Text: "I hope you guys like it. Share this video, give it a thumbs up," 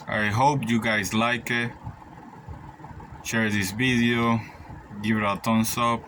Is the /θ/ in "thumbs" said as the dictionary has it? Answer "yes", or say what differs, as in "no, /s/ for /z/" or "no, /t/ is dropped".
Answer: no, /t/ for /θ/